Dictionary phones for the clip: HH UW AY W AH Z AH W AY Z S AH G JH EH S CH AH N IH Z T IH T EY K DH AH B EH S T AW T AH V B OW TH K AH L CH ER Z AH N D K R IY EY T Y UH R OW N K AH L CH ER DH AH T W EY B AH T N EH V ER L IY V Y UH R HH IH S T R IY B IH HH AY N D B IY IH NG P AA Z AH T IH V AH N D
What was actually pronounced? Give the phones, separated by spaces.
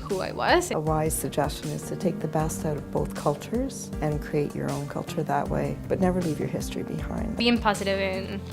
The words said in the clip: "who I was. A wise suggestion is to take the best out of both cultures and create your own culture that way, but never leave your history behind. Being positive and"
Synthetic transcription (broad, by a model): HH UW AY W AH Z AH W AY Z S AH G JH EH S CH AH N IH Z T IH T EY K DH AH B EH S T AW T AH V B OW TH K AH L CH ER Z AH N K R IY EY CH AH R OW N K AH L CH ER DH AH T W EY B AH T N EH V ER L IY V Y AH R HH IH S T R IY B IH HH AY N D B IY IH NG P AA Z AH T IH V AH N